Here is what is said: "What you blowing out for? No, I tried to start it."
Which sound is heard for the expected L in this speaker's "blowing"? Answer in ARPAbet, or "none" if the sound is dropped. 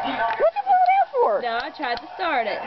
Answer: none